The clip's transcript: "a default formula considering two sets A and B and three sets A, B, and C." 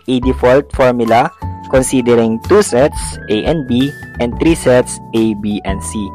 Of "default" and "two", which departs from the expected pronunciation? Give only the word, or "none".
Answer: none